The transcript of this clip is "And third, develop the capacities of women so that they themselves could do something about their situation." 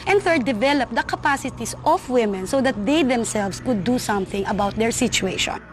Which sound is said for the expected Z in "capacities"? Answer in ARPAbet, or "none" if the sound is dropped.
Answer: S